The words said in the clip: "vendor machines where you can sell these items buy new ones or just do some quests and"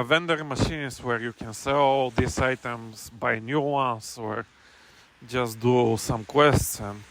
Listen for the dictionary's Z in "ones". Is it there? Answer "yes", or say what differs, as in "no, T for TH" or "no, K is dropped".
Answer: no, S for Z